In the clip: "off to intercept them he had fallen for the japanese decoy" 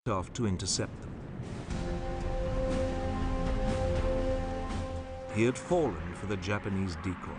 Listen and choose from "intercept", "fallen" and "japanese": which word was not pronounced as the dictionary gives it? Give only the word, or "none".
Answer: none